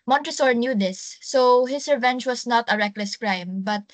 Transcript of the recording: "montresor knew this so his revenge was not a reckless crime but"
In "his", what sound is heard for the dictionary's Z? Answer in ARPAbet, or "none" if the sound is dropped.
S